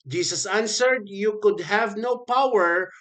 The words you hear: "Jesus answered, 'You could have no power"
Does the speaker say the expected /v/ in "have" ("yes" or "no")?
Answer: yes